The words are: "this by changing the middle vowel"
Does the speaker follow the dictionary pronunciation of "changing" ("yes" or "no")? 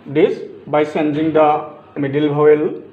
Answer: no